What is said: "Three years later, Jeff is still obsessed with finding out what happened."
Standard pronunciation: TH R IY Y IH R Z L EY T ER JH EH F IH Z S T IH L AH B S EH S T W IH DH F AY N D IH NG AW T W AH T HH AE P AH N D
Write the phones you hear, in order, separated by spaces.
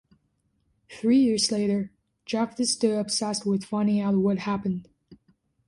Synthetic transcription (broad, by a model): TH R IY Y IH R Z L EY T ER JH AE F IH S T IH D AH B S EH S T W IH DH F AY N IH AW T W AH T HH AE P AH N D